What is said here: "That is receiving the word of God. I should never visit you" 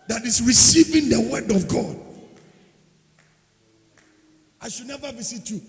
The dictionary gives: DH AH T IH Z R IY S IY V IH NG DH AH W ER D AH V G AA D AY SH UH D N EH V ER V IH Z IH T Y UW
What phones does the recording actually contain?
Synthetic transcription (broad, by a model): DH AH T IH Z R IY S IY V IH NG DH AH W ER D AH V G AA D AY SH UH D N EH V ER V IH S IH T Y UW